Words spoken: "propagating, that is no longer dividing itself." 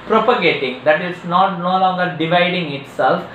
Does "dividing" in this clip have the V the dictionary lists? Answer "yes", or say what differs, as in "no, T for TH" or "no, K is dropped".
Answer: yes